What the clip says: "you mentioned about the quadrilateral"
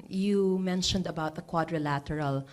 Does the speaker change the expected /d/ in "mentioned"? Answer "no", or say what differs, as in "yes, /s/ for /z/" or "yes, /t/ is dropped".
no